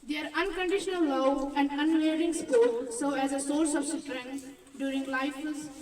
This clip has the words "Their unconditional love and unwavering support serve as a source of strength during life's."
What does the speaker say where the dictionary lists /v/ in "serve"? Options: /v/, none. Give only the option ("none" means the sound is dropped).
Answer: none